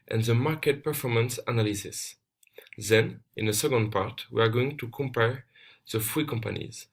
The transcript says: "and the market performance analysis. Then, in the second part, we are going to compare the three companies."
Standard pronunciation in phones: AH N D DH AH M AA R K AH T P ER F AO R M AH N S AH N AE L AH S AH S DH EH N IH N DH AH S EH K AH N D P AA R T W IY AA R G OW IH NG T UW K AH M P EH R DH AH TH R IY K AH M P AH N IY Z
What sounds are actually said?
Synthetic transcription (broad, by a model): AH N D DH AH M AA R K AH T P ER F AO R M AH N S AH N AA L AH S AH S DH EH N IH N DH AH S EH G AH N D P AA R T W IY AA R G OW IH NG T UW K AH M P EH R DH AH F R IY K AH M P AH N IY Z